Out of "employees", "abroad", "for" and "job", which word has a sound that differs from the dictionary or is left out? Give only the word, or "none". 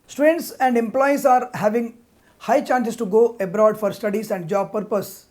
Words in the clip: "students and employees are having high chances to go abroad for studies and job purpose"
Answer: employees